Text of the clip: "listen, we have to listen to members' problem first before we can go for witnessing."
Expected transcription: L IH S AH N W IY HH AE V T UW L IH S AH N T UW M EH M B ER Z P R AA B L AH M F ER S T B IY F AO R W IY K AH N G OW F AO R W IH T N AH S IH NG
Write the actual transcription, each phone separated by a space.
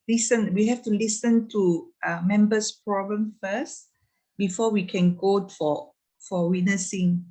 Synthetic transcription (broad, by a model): L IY S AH N W IY HH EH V T UW L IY S AH N T UW M EH M B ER S P R AA B L AH M F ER S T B IY F AO W IY K AH N G OW F AO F W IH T N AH S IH NG